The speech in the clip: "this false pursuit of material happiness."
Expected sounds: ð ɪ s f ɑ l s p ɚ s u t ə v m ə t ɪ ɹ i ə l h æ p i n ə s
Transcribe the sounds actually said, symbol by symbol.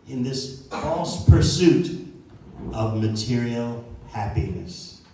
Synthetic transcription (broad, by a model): ð ɪ s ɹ ɑ s p ɚ s u t ə v m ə t ɪ ɹ i l h æ p i n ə s